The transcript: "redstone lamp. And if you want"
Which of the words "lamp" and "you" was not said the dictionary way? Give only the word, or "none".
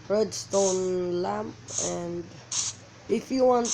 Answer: none